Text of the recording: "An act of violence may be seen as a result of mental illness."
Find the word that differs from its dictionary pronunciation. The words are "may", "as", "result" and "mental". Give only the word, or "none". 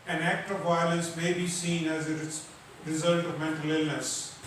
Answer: none